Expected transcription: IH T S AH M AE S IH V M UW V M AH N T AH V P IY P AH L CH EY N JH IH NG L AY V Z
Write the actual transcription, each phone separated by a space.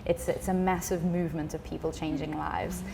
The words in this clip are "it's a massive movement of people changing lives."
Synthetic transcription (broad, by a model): IH T S AH M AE S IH V M UW V M AH N T AH V P IY P AH L CH EY N JH IH NG L AY V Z